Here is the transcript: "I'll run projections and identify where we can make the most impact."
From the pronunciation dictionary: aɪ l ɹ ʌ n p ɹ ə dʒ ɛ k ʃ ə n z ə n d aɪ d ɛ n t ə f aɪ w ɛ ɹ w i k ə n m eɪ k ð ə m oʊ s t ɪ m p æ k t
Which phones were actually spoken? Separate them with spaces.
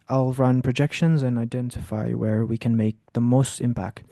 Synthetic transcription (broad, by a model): aɪ l ɹ ʌ n p ɹ ə dʒ ɛ k ʃ ə n z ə n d aɪ d ɛ n t ə f aɪ w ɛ ɹ w i k ə n m eɪ k ð ə m oʊ s t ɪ m p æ k t